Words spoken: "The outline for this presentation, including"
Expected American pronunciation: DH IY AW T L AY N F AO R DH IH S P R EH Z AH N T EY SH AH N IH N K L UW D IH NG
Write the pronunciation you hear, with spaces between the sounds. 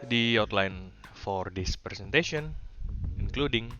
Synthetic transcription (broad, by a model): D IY AW T L AY N F AO R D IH S P R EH S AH N T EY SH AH N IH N K L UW D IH NG